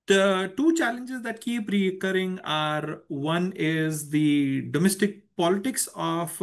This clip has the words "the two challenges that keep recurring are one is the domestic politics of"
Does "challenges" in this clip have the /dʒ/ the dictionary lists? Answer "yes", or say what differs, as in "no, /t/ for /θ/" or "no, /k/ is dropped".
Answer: yes